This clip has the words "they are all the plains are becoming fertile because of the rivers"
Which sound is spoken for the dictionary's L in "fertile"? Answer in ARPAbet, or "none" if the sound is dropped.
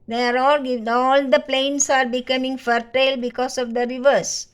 L